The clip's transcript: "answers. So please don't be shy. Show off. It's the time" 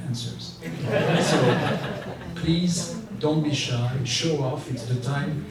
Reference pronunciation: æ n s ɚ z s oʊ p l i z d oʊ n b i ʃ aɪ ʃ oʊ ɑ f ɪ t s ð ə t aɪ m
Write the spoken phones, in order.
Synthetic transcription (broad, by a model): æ n s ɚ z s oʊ p l i z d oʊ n b i ʃ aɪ ʃ oʊ ɑ f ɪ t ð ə t aɪ m